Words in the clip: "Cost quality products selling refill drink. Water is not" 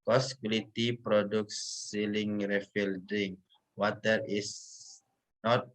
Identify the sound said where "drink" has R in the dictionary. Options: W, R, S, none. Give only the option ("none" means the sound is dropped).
none